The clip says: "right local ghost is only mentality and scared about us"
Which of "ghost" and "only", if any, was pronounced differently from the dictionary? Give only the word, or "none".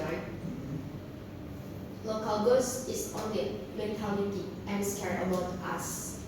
ghost